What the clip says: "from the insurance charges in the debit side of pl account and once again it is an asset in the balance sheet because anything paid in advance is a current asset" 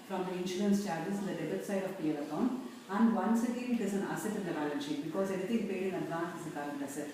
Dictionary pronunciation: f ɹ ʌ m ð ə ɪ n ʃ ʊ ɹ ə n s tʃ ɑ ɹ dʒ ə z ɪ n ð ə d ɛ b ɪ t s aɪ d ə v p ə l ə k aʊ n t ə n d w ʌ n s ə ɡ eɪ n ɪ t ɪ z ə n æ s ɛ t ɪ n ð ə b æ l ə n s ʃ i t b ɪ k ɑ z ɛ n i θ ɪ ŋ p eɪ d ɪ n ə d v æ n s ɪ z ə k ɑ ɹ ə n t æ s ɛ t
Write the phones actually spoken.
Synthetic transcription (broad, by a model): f ɹ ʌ m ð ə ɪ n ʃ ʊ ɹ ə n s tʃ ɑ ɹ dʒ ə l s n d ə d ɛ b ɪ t s aɪ d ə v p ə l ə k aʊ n ə n d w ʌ n s ə ɡ eɪ n ɪ t ɪ z ə n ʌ s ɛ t ɪ n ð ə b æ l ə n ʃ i b ɪ k ɑ z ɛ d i t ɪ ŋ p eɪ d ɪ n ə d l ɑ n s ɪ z ə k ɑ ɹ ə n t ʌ s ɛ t